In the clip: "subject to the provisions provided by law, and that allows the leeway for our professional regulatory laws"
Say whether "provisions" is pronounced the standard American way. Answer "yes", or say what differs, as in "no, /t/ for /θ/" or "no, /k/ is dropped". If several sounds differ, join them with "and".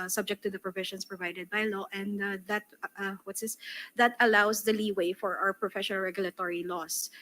no, /ʃ/ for /ʒ/ and /s/ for /z/